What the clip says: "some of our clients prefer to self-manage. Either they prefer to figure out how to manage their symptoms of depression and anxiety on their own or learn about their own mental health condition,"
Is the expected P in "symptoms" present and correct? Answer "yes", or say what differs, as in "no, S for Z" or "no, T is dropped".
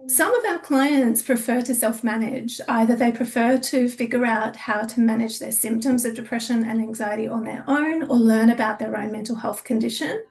yes